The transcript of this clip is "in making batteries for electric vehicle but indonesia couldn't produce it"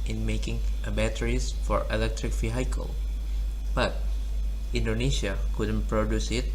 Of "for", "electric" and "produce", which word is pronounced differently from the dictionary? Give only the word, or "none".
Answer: none